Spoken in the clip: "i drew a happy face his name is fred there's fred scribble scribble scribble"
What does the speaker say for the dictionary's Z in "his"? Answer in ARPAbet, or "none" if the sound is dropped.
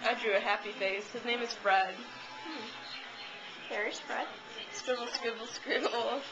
Z